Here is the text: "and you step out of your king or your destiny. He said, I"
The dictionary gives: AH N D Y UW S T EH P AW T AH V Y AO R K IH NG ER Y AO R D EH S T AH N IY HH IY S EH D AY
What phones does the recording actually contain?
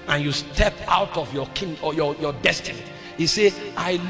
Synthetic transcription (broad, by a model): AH N Y UW S T EH P AW T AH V Y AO K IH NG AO Y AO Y D EH S T AH N IY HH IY S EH AY